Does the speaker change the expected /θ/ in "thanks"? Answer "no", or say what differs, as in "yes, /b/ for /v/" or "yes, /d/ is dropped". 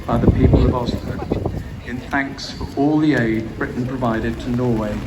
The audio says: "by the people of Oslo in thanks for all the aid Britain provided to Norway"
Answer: no